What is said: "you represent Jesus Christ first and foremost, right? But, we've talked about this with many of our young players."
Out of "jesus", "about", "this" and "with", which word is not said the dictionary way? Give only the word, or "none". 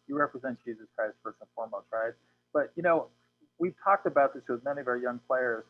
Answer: none